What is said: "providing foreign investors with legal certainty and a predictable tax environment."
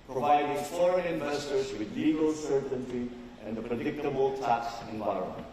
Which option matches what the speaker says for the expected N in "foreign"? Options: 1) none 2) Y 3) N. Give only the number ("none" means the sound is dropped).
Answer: 1